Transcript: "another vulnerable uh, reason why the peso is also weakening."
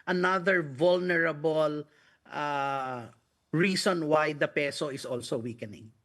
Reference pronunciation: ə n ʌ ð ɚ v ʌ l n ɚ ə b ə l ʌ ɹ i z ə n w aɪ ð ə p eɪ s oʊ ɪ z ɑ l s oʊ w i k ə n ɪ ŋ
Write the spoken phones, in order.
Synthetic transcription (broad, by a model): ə n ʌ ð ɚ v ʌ l n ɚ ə b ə l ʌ ɹ i s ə n w aɪ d ə p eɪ s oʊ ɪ s ɑ l s oʊ w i k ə n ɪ ŋ